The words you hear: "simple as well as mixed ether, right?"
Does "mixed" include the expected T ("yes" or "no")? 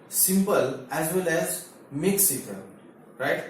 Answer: no